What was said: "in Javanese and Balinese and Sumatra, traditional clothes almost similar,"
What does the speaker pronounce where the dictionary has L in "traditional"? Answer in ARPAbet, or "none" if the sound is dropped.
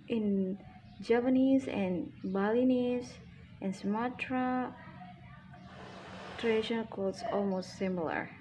N